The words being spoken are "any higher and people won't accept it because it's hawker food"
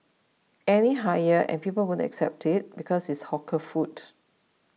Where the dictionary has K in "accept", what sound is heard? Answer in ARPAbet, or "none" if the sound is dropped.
K